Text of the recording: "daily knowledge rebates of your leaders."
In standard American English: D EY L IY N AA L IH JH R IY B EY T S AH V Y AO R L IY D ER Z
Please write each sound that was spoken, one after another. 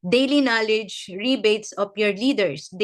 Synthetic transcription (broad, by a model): D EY L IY N AA L IH JH R IY B EY T S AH P Y AO R L IY D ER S